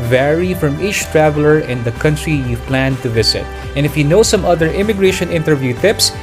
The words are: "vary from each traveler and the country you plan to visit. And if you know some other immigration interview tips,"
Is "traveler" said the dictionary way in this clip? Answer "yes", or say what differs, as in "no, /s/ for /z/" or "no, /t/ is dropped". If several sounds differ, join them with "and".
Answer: yes